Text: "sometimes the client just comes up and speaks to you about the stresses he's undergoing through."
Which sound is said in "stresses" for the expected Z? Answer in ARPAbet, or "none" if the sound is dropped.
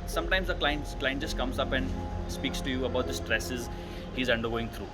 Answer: Z